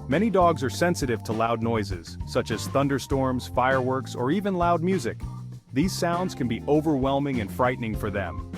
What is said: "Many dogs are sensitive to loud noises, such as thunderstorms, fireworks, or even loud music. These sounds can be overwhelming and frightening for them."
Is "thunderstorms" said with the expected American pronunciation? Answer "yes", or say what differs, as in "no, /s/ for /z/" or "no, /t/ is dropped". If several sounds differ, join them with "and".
yes